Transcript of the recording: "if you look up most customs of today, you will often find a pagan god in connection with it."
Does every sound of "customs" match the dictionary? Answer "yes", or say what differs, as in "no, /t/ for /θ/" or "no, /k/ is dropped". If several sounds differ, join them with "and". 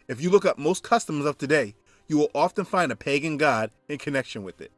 yes